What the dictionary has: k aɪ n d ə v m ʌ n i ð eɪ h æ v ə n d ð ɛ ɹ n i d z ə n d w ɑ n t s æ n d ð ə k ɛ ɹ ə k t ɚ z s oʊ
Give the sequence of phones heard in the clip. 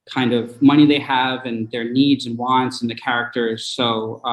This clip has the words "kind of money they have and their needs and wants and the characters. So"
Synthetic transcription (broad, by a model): k aɪ n d ə v m ʌ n i ð eɪ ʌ v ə n ð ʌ ɹ n i d z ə n w ɑ n t s n ð ə k ɛ ɹ ə k t ɚ z s oʊ